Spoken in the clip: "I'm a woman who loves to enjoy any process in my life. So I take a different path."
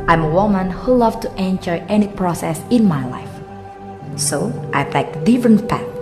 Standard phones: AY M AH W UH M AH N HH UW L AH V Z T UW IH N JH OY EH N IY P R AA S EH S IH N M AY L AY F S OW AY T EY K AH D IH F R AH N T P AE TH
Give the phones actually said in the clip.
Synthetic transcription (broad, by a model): AY M AH W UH M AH N HH UW L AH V T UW IH N JH OY EH N IY P R AA S EH S IH N M AY L AY F S OW AY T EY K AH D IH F R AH N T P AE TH